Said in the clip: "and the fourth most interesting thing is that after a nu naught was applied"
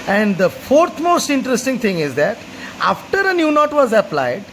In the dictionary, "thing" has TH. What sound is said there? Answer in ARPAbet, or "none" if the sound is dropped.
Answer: T